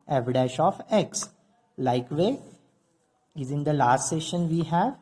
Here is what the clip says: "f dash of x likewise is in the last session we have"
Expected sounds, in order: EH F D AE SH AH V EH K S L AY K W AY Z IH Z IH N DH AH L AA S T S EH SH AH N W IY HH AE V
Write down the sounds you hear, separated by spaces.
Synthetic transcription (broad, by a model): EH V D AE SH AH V EH K S L AY K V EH IH Z IH N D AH L AA S T S EH SH AH N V IY HH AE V